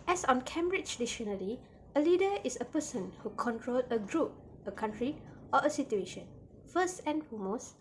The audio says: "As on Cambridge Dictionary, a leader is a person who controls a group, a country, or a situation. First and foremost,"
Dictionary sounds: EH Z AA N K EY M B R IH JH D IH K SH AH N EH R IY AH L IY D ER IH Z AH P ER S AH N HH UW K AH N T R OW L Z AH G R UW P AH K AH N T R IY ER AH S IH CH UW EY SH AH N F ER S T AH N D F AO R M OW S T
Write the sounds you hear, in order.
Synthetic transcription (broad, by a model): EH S AA N K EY M B R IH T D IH SH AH N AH L IY AH L IY D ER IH S AH P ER S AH N HH UW K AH N T R OW L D AH G R UW P AH K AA N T R IY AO AH S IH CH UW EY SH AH N F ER S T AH N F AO M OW S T